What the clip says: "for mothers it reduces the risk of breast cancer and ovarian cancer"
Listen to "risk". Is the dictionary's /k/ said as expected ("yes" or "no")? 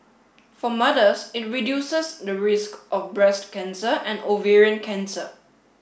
yes